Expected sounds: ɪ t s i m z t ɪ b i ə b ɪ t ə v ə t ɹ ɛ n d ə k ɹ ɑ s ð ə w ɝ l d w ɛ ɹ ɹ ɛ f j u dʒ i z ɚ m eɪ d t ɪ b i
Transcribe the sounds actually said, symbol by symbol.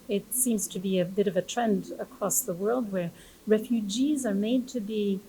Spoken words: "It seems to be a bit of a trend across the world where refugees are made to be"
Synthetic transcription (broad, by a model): ɪ t s i m z t ɪ b i ə b ɪ t ə v ə t ɹ ɛ n d ə k ɹ ɑ s ð ə w ɝ l d w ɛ ɹ ɹ ɛ f j u dʒ i z ɚ m eɪ d t ɪ b i